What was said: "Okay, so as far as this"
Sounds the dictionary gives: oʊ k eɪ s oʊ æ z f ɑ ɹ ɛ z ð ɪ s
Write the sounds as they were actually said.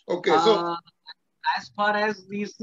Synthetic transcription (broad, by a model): oʊ k eɪ s oʊ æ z p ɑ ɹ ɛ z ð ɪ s